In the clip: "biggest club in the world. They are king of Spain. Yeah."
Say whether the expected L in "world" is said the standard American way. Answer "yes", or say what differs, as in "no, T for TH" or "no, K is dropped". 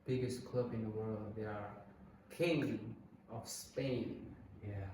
yes